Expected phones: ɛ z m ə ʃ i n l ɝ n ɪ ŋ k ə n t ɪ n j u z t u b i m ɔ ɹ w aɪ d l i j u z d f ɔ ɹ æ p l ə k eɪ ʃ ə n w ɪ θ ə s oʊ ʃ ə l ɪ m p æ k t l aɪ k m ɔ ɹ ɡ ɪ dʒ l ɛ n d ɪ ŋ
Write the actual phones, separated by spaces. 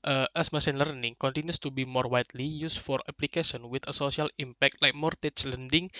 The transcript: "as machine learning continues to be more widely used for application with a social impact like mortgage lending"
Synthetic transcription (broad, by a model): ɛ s m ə s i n l ɝ n ɪ ŋ k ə n t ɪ n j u s t u b i m ɔ ɹ w aɪ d l i j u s f ɔ ɹ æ p l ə k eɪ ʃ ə n w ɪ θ ə s oʊ s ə l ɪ m p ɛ k t l aɪ k m ɔ ɹ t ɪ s l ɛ n d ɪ ŋ